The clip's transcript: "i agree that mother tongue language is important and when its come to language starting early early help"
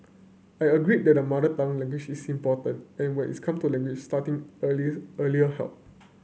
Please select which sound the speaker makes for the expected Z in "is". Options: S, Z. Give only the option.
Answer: S